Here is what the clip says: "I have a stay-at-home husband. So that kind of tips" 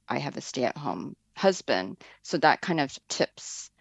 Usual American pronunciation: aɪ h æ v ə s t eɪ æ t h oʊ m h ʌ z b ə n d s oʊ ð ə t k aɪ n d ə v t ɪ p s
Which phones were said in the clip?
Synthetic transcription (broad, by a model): aɪ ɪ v ə s t eɪ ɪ t h oʊ m h ʌ z b ə n d s oʊ ð ə t k aɪ n d ə v t ɪ p s